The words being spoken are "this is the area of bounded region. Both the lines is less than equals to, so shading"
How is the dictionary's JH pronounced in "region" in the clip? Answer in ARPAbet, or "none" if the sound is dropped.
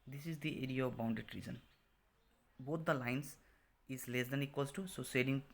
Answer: Z